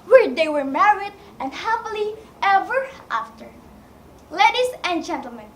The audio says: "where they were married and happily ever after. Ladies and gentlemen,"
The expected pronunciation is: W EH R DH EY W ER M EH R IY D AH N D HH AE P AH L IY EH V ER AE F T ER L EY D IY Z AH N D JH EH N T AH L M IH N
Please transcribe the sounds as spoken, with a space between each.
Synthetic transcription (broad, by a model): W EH R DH EY W ER M EH R IY D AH N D HH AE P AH L IY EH V ER AE F T ER L EY D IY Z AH N JH EH N T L M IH N